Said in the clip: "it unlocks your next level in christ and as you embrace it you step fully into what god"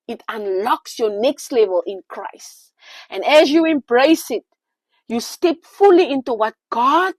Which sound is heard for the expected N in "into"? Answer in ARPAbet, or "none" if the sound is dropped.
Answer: N